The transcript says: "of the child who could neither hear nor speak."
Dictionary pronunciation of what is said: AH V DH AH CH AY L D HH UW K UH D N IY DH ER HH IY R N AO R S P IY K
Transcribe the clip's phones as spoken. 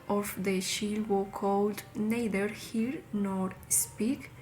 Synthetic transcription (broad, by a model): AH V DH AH SH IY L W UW K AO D N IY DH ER HH IY R N AO R S P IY K